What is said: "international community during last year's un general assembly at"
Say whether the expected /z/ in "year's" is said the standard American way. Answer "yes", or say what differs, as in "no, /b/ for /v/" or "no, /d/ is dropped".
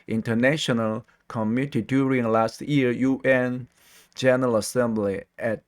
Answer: no, /z/ is dropped